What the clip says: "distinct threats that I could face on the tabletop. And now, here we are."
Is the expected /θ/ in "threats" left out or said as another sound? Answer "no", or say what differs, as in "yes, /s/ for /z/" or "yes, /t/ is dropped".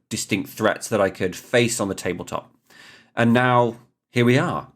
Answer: no